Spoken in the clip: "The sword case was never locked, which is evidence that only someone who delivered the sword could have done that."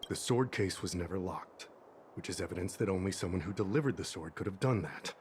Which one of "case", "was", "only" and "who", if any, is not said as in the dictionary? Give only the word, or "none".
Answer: none